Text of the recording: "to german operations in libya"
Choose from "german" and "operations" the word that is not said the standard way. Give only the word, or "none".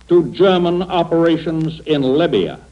none